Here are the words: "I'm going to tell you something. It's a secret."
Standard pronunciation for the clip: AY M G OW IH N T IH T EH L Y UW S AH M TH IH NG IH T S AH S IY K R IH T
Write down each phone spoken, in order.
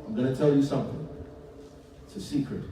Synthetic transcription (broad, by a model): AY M G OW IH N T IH T EH L Y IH S AH M TH IH NG IH T S AH S IY K R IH T